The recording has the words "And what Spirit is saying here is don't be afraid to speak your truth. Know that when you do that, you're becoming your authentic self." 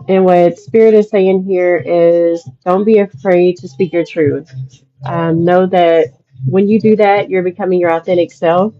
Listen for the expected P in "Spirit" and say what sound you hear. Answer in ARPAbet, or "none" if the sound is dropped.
P